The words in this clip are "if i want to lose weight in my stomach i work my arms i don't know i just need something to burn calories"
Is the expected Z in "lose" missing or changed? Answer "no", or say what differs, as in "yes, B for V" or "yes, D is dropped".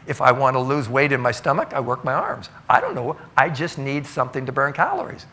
no